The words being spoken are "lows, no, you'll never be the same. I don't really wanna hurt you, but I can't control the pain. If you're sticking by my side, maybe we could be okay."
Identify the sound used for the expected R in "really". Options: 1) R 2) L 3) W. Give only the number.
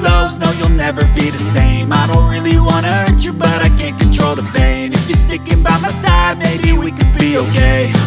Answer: 1